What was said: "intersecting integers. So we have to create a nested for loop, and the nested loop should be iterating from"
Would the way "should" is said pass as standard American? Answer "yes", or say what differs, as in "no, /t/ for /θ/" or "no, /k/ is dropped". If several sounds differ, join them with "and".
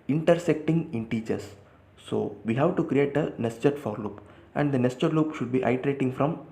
yes